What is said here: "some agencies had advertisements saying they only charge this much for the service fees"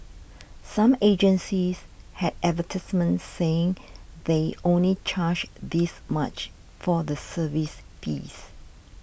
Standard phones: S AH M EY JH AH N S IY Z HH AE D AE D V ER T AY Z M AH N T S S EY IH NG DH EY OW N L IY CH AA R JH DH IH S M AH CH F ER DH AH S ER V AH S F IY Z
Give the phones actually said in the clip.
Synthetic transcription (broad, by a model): S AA M EY JH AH N S IY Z HH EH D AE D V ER T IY S M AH N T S S EY IH NG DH EY OW N L IY CH AA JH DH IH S M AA CH F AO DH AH S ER V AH S P IY S